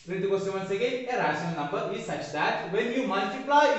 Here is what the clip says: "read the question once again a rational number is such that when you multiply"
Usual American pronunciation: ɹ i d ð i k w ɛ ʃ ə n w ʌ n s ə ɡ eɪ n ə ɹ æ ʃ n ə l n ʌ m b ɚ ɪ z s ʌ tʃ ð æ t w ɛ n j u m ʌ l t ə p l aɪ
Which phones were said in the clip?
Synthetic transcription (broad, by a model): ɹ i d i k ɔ s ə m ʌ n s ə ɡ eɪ ə ɹ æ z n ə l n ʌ m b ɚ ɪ s ʌ tʃ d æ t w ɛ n j u m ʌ l t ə p l aɪ